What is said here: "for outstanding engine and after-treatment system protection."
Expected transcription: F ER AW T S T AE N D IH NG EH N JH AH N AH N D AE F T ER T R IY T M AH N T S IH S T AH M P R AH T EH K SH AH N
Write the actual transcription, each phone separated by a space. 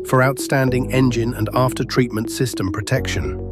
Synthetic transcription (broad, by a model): F ER AW T S T AE N D IH NG EH N JH AH N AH N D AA F T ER T R IY T M AH N T S IH S T AH M P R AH T EH K SH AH N